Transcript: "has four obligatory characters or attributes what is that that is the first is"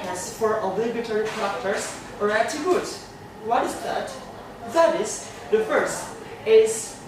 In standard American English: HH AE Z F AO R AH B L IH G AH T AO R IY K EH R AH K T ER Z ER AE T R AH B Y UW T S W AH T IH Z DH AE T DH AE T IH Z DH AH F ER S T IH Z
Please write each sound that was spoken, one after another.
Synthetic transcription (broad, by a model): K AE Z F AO R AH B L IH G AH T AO R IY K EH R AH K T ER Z ER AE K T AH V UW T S W AH T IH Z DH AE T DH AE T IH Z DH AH F ER S T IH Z